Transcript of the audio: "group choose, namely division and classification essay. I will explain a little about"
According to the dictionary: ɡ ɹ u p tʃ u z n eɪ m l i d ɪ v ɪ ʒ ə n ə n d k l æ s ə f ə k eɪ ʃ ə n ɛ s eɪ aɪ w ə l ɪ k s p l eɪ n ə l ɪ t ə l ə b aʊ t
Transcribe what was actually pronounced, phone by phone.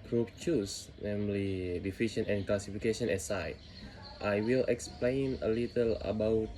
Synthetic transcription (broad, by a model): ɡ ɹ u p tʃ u s n eɪ m l i d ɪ f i ʃ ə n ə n k l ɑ s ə f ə k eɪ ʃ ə n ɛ s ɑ aɪ w ə l ɪ k s p l eɪ n ə l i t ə l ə b aʊ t